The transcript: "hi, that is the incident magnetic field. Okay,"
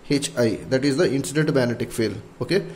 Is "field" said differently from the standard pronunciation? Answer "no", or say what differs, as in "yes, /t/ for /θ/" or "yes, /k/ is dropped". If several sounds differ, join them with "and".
yes, /d/ is dropped